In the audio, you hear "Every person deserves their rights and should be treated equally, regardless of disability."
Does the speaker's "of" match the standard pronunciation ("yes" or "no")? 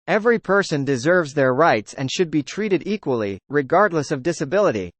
yes